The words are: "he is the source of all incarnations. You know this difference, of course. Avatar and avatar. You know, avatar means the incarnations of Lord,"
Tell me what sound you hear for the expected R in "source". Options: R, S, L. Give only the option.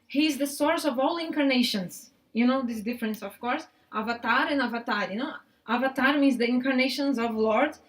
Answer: R